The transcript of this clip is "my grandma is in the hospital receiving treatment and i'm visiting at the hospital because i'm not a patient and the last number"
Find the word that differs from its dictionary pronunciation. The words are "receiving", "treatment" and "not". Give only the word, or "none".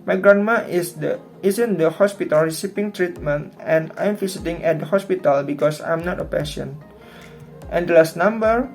receiving